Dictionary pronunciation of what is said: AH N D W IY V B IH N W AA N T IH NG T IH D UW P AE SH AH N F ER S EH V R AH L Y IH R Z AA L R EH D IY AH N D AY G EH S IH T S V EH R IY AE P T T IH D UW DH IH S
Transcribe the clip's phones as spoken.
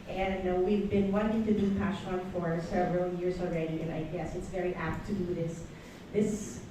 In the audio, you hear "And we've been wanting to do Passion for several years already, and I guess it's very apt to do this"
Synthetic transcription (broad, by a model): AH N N W IY V B IH N W AA N T IH NG T IH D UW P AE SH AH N F ER S EH V R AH L Y IH R Z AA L R EH D IY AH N AY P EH S IH T S V EH R IY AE P T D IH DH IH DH IH S